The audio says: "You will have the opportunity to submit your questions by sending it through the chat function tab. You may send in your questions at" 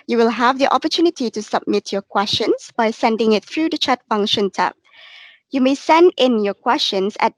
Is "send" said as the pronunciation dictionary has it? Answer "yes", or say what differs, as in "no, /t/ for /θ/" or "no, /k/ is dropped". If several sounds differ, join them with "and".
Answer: yes